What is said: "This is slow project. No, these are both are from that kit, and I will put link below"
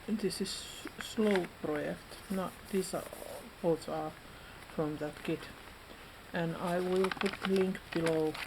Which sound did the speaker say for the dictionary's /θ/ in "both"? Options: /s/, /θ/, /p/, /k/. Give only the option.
/s/